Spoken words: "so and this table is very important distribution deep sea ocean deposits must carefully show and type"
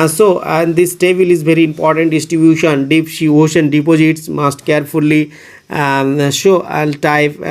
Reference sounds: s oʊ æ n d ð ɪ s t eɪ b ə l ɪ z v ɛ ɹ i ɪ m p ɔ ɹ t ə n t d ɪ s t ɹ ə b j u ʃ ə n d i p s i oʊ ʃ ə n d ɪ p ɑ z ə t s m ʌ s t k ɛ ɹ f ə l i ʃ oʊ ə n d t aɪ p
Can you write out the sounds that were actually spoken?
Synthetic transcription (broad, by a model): s oʊ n d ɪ s t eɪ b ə l ɪ z v ɛ ɹ i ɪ m p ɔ ɹ t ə n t d ɪ s t ɹ ə b j u ʃ ə n d i p ʃ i oʊ ʃ ə n d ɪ p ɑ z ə t s m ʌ s t k ɛ ɹ f ə l i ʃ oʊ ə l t aɪ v